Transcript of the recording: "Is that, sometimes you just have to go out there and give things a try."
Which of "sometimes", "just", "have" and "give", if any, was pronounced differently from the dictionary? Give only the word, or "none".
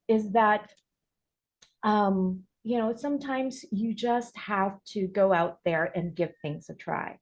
have